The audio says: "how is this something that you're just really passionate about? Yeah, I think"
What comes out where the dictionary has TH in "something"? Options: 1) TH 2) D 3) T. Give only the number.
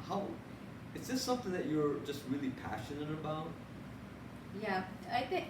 1